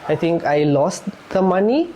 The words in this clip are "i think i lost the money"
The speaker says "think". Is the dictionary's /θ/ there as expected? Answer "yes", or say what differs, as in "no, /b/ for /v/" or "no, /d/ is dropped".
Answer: no, /t/ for /θ/